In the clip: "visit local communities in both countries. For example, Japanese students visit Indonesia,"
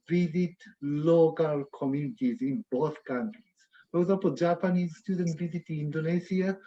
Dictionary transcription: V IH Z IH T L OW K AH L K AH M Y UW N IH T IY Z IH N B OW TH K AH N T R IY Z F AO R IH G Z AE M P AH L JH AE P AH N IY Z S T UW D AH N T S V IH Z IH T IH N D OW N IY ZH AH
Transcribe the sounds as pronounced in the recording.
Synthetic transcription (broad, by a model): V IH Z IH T L OW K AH L K AH M Y UW N IH T IY Z IH N B OW TH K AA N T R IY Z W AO W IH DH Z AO P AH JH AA P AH N IY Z S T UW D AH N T V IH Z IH T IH N D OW N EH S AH